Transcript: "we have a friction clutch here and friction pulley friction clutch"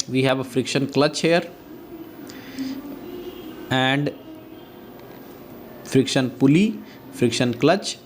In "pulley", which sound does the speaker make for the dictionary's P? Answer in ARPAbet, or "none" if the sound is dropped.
P